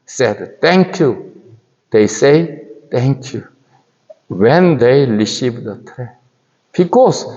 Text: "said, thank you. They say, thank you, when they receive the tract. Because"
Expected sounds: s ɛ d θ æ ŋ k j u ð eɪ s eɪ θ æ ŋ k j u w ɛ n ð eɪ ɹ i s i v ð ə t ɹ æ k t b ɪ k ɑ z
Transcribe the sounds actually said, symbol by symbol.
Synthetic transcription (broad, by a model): s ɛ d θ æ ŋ k j u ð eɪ s eɪ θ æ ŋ k j u w ɛ n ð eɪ l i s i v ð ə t ɹ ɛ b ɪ k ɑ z